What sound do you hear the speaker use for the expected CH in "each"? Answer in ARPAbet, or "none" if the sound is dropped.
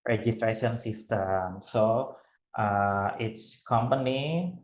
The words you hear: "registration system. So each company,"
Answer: S